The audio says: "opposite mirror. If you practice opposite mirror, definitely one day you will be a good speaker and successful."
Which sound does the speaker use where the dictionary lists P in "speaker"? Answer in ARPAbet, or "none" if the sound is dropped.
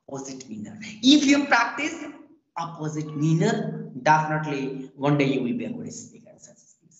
none